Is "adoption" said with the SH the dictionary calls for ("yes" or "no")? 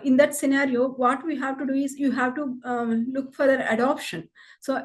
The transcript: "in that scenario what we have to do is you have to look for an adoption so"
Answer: yes